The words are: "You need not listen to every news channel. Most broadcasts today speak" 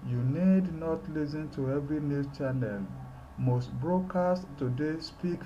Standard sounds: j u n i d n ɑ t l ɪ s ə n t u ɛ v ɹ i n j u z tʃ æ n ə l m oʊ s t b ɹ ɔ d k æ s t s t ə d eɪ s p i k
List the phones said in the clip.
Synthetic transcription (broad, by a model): j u n i d n ɑ t l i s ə n t u ɛ v ɹ i n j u tʃ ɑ n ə l m oʊ s t b ɹ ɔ k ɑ s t t ə d eɪ s p i k